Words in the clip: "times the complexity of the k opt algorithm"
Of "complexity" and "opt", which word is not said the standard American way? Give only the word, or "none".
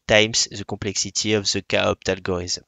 complexity